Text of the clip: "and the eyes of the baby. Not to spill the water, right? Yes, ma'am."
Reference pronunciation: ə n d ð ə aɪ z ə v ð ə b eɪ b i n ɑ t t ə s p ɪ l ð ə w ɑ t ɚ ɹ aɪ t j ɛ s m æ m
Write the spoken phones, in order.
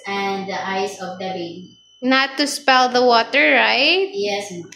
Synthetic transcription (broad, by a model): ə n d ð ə aɪ s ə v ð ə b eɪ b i n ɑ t t ə s p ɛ l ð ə w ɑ t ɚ ɹ aɪ t j ɛ s